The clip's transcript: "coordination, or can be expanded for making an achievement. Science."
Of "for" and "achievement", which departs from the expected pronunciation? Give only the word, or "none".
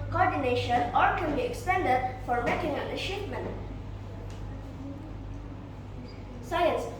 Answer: achievement